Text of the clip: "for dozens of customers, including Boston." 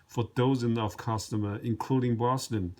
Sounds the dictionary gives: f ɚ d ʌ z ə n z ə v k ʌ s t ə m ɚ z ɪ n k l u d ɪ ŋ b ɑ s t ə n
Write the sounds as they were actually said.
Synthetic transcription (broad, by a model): f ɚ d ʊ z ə n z ə v k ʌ s t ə m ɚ ɪ n k l u d ɪ ŋ b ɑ s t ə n